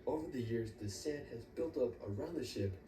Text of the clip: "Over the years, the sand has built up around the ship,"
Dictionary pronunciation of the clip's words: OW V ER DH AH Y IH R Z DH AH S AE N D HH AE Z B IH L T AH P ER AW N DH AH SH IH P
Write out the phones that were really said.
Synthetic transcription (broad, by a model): OW V ER DH AH Y IH R Z DH AH S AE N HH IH Z B IH L T AH P ER AW N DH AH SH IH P